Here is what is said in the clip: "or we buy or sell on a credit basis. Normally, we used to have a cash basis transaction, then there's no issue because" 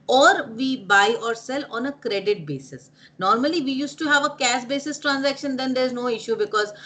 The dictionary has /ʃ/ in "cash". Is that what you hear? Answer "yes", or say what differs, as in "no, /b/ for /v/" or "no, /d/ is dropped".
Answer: no, /s/ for /ʃ/